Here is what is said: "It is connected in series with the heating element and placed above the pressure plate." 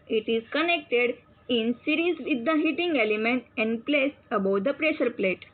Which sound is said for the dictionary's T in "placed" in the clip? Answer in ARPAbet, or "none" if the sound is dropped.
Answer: none